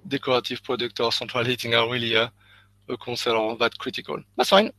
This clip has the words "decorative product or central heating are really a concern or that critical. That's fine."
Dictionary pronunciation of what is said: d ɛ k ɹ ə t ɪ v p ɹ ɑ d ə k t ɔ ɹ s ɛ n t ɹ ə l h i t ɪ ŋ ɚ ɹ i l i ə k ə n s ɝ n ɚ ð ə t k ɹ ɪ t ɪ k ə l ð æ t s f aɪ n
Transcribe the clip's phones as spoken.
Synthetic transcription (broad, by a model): d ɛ k ɹ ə t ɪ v p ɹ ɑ d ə k t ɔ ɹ s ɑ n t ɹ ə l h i t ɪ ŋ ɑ w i l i ə k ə s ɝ l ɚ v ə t k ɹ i t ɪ k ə l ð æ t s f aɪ n